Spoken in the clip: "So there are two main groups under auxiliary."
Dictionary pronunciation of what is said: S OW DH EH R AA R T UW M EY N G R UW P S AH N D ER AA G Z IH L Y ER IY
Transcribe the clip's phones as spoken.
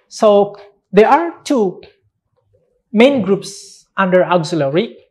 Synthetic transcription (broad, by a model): S OW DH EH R AA R T UW M EY N G R UW P S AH N D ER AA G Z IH L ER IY